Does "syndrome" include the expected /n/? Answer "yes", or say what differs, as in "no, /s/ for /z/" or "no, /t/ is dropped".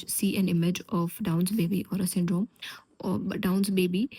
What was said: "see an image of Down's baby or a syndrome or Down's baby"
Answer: yes